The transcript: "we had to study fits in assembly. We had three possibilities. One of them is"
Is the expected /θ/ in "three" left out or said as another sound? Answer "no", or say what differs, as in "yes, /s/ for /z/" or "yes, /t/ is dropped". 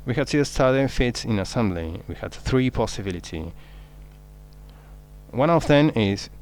no